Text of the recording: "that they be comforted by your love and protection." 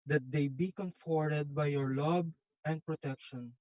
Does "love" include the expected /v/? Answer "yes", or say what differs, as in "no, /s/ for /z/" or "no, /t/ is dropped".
no, /b/ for /v/